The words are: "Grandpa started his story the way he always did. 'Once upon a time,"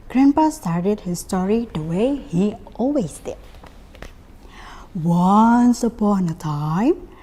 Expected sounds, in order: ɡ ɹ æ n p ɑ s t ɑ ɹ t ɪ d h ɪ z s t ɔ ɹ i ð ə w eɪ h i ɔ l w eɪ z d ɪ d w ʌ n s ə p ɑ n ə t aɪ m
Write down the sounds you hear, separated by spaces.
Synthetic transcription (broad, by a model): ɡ ɹ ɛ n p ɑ s t ɑ ɹ t ɪ d h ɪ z s t ɔ ɹ i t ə w eɪ h i ɔ l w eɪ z d ɪ d w ʌ n s ə p ɑ n ə t aɪ m